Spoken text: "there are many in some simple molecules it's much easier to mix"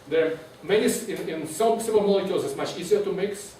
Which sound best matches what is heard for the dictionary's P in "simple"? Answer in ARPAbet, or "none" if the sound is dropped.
none